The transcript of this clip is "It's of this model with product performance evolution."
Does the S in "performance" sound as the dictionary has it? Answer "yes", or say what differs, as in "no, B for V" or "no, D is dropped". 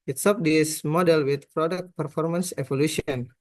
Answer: yes